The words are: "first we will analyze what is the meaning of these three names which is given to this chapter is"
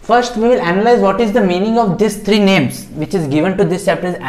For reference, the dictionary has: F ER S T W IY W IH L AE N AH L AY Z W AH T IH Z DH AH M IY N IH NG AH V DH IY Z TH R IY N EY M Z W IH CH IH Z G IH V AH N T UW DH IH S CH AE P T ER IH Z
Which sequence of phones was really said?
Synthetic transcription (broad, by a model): F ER S T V IY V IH L AE N AH L AY Z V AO T IH Z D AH M IY N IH NG AH V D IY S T R IY N EY M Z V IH CH IH Z G IH V AH N T UW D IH S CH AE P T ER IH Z